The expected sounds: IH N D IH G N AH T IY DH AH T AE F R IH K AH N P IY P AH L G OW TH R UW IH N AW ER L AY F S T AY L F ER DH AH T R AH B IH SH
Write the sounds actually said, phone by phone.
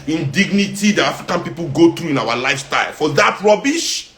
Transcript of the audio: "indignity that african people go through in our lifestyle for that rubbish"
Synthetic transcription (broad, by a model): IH N D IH G N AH T IY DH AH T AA F R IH K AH N P IY P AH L G OW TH R UW IH N AW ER L AY F S T AY L F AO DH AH T R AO B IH SH